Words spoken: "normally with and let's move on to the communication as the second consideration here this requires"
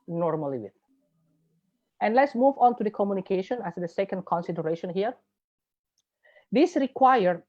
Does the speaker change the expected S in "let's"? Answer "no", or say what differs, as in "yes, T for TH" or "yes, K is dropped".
no